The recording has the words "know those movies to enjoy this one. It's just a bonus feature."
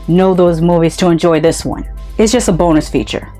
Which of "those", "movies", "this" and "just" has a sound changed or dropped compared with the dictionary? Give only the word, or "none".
none